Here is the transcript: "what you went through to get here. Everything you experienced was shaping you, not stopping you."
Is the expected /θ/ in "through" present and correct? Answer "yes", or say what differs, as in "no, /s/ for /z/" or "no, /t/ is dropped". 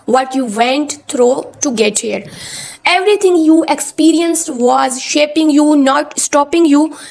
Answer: no, /t/ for /θ/